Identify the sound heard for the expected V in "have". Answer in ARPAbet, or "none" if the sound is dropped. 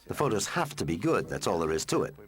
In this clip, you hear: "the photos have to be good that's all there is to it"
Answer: F